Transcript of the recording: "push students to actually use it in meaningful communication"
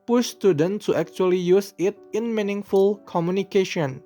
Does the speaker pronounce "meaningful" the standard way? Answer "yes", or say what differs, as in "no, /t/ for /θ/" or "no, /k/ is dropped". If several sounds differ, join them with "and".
yes